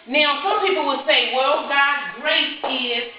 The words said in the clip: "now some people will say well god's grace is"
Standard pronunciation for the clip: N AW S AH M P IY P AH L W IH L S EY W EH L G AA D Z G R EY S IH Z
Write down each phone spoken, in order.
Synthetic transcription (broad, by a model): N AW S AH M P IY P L W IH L S EY W EH L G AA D G R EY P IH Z